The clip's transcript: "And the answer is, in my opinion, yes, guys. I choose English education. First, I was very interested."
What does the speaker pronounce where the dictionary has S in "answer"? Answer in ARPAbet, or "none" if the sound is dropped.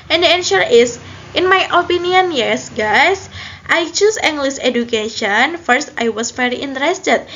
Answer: SH